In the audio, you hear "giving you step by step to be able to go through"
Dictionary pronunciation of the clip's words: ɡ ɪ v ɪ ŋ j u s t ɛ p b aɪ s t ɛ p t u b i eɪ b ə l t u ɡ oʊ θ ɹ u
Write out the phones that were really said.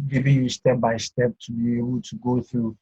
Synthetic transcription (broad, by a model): ɡ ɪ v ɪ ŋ j u s t ɛ p b aɪ s t ɛ p t u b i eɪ ə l t u ɡ oʊ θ ɹ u